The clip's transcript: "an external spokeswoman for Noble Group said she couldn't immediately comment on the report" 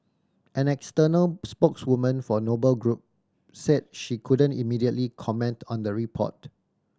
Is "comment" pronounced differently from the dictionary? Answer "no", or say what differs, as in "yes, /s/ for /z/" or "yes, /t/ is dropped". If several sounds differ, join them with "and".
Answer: no